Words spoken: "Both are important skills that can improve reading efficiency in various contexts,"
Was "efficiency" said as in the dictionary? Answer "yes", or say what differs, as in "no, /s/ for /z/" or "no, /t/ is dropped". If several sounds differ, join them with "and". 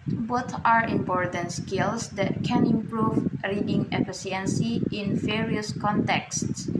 no, /s/ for /ʃ/